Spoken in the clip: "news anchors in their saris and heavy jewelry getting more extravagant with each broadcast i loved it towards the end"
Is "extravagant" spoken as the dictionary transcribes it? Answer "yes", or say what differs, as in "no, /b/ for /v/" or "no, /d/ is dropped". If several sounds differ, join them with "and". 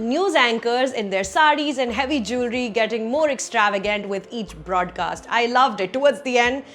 yes